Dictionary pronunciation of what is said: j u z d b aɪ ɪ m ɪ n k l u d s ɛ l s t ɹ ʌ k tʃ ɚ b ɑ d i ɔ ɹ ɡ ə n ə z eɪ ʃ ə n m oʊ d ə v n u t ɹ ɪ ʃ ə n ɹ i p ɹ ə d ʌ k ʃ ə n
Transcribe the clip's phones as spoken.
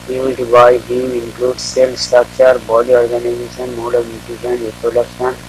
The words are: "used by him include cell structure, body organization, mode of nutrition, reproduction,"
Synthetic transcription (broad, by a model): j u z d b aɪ ɪ m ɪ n k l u d s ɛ l s t ɹ ʌ k tʃ ɚ b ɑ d i ɔ ɹ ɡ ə n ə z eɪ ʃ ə n m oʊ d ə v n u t ɪ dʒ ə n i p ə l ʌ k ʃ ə n